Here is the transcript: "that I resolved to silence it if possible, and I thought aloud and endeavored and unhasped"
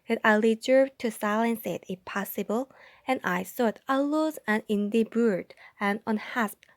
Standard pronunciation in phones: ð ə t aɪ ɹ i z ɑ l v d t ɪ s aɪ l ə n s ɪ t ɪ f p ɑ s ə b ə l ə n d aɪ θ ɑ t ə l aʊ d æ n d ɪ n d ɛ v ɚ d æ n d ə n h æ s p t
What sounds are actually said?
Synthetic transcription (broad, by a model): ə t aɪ l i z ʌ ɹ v t ɪ s aɪ l ə n s ɪ t ɪ f p ɑ s ə b ə l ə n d aɪ s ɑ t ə l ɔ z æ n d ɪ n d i b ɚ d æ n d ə n h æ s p